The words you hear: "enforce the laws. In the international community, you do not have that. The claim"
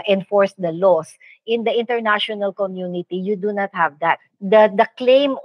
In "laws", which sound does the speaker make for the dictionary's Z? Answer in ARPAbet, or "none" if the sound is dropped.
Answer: S